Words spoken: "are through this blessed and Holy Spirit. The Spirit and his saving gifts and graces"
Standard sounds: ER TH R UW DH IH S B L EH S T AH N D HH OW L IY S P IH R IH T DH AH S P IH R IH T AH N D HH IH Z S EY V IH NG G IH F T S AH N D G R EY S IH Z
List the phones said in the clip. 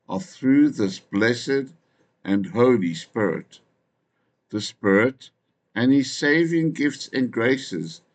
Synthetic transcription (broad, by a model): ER TH R UW DH IH S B L EH S T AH N HH OW L IY S P IH R IH T DH AH S P IH R IH T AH N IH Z S EY V IH NG G IH F T S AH N G R EY S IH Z